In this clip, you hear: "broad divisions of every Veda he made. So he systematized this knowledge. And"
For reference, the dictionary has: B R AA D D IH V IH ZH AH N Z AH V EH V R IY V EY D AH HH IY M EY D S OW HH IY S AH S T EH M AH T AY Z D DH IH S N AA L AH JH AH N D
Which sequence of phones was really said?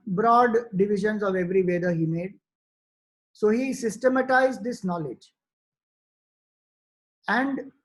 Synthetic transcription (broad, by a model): B R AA D D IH V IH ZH AH N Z AH V EH V R IY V EY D AH HH IY M EY D S OW HH IY S AH S T EH M AH T AY Z D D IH S N AA L AH JH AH N D